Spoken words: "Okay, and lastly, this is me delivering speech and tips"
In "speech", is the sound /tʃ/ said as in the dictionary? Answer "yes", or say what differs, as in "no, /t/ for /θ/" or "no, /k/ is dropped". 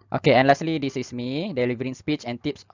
yes